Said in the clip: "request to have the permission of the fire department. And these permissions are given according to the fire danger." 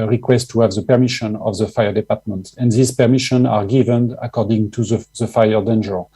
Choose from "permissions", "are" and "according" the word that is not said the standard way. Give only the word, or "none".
permissions